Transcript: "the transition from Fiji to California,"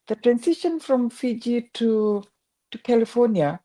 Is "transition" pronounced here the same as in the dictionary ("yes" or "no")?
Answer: no